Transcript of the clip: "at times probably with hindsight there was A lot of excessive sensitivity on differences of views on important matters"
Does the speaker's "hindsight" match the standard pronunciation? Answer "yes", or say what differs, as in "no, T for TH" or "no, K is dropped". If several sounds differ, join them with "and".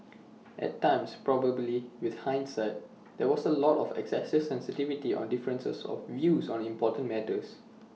yes